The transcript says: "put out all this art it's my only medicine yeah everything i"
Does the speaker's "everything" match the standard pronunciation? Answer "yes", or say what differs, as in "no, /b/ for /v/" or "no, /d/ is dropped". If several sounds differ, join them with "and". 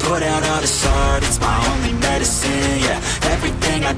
yes